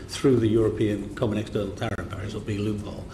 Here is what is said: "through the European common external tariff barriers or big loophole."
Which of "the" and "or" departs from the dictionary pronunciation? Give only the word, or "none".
or